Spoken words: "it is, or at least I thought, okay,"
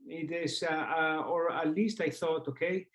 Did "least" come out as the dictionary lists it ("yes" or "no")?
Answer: yes